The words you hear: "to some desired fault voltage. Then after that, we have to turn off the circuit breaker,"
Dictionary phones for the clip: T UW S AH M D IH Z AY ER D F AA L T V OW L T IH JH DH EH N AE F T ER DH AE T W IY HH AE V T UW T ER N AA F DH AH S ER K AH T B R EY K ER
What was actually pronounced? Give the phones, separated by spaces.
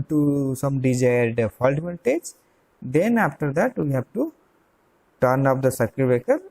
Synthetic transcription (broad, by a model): T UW S AH M D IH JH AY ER D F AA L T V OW N T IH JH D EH N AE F T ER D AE T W IY HH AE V T UW T ER N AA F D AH S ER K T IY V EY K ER